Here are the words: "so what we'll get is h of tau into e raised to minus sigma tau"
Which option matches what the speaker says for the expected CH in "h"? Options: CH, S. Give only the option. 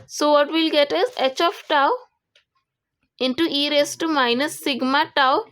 CH